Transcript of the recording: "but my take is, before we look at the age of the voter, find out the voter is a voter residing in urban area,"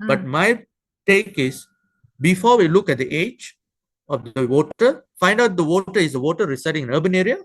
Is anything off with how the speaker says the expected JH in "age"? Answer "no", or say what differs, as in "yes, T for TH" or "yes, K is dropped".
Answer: no